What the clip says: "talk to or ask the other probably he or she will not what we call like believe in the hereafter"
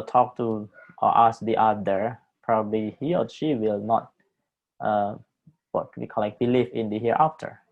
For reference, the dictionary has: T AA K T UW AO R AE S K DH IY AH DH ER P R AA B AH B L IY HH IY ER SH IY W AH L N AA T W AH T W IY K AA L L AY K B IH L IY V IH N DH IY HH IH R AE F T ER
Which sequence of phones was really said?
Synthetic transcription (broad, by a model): T AA K T UW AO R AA S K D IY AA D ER P R AA B AH B L IY HH IY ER SH IY W AH L N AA T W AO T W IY K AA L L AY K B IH L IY F IH N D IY HH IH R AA F T ER